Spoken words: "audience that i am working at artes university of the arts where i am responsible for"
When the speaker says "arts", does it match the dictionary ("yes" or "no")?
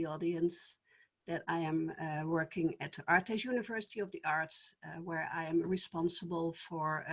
no